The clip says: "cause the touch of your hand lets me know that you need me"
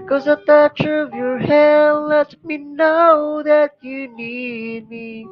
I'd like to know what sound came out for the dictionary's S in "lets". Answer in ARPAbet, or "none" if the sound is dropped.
none